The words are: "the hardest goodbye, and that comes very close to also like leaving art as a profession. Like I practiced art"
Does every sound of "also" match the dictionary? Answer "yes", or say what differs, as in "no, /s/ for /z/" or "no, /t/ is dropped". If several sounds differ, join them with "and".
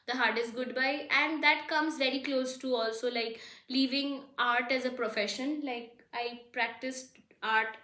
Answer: yes